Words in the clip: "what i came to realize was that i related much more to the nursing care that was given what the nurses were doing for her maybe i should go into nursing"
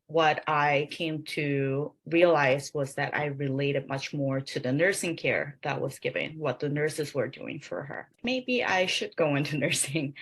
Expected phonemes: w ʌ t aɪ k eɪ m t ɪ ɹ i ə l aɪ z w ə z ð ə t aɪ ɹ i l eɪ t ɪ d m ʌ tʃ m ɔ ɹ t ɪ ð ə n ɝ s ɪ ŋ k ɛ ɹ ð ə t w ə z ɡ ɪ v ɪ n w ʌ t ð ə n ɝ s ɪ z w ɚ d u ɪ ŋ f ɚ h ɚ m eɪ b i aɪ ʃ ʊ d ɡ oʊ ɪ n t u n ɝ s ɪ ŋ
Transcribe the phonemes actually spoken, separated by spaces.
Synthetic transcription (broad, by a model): w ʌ t aɪ k eɪ m t ɪ ɹ i ə l aɪ z w ə z ð ə t aɪ ɹ i l eɪ t ɪ d m ʌ tʃ m ɔ ɹ t ɪ ð ə n ɝ s ɪ ŋ k ɛ ɹ ð ə t w ə z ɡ ɪ v ɪ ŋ w ʌ t ð ə n ɝ s ɪ z w ɚ d u ɪ ŋ f ɚ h ɚ m eɪ b i aɪ ʃ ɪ d ɡ oʊ ɪ n t u n ɝ s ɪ ŋ